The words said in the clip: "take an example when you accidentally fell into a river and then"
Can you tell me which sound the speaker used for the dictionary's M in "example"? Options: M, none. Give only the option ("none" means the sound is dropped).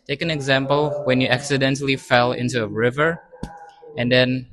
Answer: M